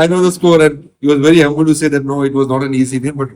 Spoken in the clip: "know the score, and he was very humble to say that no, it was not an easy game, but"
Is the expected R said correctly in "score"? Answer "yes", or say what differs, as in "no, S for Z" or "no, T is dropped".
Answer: yes